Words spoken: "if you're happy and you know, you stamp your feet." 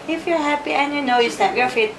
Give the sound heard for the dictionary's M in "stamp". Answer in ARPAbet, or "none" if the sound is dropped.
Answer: none